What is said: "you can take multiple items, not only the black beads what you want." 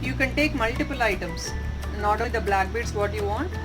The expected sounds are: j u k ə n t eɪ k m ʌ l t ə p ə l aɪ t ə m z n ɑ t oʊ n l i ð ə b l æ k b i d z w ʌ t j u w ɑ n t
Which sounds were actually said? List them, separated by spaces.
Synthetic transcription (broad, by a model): j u k ə n t eɪ k m ʌ l t ə p ə l aɪ t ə m s n ɑ t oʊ l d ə b l æ k b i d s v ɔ t j u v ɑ n t